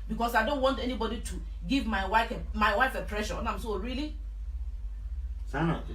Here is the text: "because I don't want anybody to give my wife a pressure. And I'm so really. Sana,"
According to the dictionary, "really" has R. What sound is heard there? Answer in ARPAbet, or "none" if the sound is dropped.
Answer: R